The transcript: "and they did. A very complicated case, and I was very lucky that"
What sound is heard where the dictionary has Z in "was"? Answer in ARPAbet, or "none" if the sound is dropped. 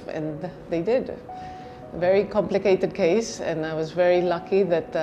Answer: Z